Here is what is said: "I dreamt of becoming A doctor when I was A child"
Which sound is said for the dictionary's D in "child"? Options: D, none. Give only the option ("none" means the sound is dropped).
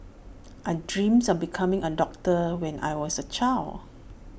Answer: none